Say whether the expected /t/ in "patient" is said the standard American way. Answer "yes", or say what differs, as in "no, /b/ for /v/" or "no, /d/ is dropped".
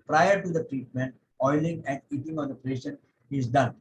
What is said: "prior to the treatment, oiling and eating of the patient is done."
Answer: no, /t/ is dropped